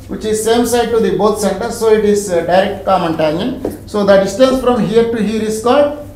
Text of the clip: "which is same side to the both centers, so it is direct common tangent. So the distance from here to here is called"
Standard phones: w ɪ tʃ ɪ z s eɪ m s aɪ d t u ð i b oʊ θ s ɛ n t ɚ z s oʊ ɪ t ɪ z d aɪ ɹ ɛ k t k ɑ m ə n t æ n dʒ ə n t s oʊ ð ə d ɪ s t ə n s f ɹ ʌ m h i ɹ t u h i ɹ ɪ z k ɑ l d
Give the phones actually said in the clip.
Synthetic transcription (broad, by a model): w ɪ tʃ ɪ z s eɪ m s aɪ d t u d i b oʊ t s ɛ n t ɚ s oʊ ɪ t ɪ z d aɪ ɹ ɛ k t k ɑ m ə n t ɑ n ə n s oʊ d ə d ɪ s t ə n s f ɹ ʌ m h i ɹ t u h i ɹ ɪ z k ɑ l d